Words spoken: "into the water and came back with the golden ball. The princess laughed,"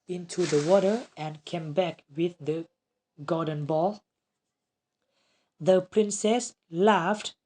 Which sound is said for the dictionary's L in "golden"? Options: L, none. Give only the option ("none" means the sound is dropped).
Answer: none